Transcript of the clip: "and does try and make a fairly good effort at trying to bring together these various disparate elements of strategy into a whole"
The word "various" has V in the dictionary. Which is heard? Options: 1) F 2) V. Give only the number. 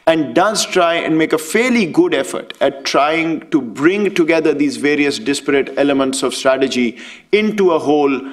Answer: 2